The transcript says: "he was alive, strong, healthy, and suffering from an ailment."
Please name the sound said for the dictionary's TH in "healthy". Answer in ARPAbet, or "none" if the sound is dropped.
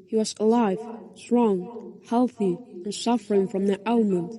TH